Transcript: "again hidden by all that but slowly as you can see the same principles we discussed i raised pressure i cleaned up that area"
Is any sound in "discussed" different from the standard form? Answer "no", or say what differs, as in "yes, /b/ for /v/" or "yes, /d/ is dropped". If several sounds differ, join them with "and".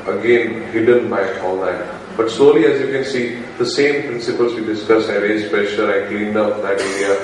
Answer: yes, /t/ is dropped